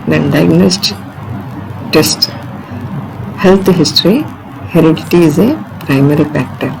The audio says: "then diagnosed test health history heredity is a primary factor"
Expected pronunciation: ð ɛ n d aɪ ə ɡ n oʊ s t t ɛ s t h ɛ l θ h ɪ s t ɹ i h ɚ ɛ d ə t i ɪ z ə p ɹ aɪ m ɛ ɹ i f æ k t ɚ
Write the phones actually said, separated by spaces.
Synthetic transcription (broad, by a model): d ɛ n d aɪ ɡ n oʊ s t t ɛ s t h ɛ l t h ɪ s t ɹ i h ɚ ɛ d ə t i ɪ z ə p ɹ aɪ m ɛ ɹ i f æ k t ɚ